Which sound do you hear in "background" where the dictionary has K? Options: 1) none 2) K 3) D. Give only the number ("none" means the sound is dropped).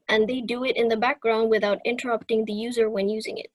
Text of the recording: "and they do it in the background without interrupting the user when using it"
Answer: 2